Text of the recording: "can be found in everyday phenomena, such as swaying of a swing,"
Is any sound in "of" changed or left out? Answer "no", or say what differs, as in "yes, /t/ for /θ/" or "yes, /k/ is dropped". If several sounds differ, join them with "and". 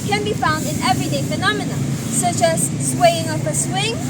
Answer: yes, /p/ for /v/